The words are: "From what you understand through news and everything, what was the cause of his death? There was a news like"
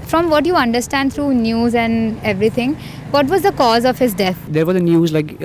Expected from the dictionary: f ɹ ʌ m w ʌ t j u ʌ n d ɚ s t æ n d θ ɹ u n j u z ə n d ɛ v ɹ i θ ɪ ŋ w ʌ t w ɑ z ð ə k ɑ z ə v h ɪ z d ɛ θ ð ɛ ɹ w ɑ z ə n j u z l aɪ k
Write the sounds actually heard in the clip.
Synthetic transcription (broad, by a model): f ɹ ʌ m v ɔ t j u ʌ n d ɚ s t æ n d t ɹ u n j u z ə n d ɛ v ɹ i t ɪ ŋ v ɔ t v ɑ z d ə k ɑ z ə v h ɪ z d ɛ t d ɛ ɹ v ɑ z ə n j u z l aɪ k